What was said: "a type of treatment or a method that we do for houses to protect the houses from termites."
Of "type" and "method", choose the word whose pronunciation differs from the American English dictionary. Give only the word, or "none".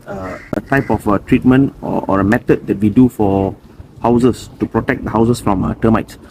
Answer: method